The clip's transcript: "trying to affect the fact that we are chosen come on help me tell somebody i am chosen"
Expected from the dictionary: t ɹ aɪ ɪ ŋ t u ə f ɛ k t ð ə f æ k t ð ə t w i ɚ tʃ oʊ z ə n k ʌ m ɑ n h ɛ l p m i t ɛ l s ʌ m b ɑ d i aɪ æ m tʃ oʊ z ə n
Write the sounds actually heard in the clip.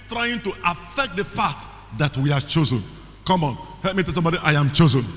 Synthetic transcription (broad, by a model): t ɹ aɪ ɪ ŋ t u ə f ɛ k t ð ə f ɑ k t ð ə t w i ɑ tʃ oʊ z ə n k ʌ m ɑ n h ɛ l p m i t ɛ l s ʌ m b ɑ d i aɪ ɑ m tʃ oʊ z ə n